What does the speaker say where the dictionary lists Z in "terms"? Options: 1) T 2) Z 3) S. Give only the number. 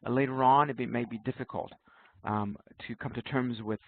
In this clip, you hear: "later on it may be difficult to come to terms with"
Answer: 2